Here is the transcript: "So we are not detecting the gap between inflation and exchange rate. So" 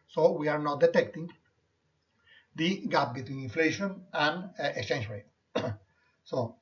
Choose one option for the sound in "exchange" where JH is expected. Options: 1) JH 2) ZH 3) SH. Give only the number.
3